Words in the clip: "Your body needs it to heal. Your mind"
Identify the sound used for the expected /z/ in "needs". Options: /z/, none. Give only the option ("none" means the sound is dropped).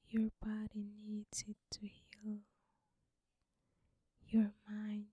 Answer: none